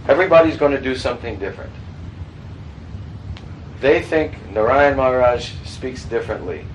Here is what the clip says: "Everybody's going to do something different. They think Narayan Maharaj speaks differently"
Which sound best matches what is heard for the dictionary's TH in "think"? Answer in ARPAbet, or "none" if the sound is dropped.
TH